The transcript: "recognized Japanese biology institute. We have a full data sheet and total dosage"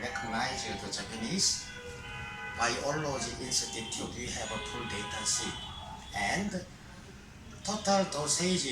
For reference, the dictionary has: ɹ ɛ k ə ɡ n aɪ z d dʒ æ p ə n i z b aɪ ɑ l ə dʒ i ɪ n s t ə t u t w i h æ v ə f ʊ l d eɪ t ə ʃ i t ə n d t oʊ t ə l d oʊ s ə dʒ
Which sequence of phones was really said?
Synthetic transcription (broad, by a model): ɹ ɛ k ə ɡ n aɪ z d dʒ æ p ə n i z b aɪ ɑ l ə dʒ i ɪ n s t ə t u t w i h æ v ə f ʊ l d eɪ t ə s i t ə n d t oʊ t ə l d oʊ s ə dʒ